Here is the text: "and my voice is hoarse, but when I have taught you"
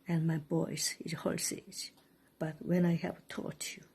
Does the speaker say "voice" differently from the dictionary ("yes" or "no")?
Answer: yes